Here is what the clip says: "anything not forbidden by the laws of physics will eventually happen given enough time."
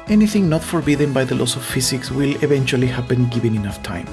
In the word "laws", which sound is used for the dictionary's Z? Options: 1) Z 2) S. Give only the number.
2